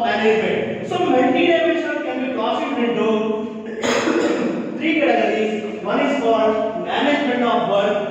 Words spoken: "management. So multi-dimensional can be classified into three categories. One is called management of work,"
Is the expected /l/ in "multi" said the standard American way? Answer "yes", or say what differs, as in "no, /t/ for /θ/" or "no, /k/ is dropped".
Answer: no, /n/ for /l/